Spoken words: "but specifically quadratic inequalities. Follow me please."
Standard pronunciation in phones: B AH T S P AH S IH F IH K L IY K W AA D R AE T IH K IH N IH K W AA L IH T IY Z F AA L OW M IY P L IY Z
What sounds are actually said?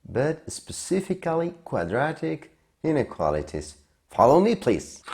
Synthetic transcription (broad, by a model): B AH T S P AH S IH F IH K L IY K W AA D R AE T IH K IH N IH K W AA L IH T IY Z F AA L OW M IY P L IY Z